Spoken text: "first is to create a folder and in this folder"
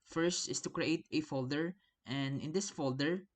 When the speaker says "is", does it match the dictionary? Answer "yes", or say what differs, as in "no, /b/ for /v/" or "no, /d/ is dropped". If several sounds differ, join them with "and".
no, /s/ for /z/